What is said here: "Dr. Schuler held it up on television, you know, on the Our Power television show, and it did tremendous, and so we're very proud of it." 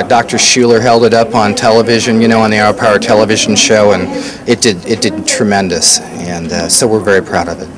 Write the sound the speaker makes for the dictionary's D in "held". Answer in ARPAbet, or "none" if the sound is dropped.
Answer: D